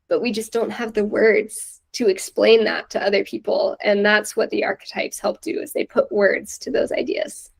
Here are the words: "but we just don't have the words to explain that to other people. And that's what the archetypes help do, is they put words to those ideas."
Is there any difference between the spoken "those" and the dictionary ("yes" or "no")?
no